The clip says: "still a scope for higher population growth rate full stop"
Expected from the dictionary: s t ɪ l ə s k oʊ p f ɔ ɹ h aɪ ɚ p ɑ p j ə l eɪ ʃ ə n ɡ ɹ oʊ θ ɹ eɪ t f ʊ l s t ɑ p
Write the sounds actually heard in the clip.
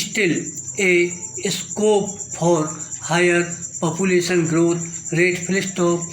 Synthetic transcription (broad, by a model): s t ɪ l ə s k oʊ p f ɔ ɹ h aɪ ɚ p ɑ p j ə l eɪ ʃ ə n ɡ ɹ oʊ t ɹ eɪ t p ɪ l s t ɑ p